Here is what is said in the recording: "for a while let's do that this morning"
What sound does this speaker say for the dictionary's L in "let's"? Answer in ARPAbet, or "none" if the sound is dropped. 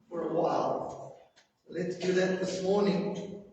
L